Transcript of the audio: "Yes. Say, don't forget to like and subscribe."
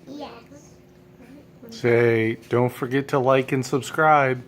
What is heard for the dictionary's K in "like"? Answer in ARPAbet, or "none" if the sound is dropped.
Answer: K